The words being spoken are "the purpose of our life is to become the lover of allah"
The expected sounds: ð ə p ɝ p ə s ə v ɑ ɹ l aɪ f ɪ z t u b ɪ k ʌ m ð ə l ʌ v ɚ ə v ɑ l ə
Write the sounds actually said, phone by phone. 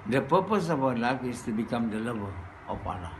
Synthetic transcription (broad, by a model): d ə p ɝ p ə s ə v ɑ w l aɪ f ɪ s t u b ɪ k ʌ m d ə l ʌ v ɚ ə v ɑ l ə